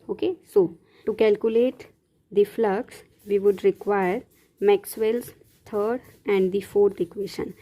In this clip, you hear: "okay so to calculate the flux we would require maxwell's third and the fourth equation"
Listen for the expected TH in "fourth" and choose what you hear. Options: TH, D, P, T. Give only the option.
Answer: T